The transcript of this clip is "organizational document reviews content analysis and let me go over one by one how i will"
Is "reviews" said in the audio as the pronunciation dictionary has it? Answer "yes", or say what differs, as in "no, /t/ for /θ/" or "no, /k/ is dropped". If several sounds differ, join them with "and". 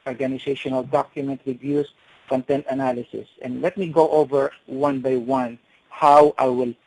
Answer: no, /s/ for /z/